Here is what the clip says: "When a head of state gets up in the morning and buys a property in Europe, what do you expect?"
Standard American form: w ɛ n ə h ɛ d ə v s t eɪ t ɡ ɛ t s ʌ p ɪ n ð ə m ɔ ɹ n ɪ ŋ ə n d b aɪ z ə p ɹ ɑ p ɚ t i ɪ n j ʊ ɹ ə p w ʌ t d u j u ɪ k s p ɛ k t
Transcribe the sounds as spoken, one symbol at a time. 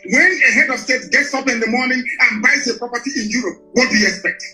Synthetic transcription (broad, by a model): w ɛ n ə h ɛ d ə v s t eɪ t ɡ ɛ t s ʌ p ɪ n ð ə m ɔ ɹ n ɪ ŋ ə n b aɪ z ə p ɹ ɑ p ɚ t i ɪ n j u ɹ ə p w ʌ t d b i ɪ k s p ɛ k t